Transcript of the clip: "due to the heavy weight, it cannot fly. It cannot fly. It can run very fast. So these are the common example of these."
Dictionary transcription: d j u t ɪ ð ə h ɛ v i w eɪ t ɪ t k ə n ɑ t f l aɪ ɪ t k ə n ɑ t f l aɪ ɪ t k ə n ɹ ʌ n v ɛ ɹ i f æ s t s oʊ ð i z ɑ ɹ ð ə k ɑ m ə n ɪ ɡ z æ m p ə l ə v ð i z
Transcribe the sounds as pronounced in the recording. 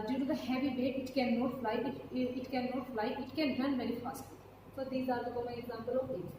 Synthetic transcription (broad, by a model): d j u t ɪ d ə h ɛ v i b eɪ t ɪ t k ə n ɑ t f l aɪ ɪ t k ə n ɑ t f l aɪ ɪ t k ə n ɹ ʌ n v ɛ ɹ i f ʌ s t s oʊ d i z ɑ ɹ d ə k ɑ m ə ɪ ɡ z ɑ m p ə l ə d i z